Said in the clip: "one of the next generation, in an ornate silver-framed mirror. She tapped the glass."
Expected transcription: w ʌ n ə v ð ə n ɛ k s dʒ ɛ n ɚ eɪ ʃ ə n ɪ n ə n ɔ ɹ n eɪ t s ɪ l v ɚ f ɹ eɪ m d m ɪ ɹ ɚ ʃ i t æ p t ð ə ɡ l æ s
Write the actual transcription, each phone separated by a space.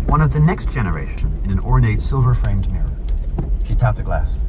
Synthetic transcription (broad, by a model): w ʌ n ə v ð ə n ɛ k s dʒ ɛ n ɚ eɪ ʃ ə n ɪ n ə n ɔ ɹ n eɪ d s ɪ l v ɚ f ɹ eɪ m d m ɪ ɹ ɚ ʃ i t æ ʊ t ð ə ɡ l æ s